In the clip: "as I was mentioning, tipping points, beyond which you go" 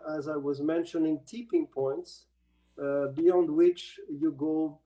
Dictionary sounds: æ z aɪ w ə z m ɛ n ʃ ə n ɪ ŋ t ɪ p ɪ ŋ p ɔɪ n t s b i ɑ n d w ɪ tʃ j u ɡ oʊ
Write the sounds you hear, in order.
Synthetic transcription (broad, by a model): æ z aɪ w ə z m ɛ n ʃ ə n ɪ ŋ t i p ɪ ŋ p ɔɪ n t s b i ɑ n d w ɪ tʃ j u ɡ oʊ